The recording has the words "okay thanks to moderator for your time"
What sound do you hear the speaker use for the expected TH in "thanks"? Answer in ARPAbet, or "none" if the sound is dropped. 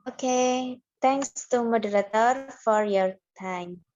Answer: T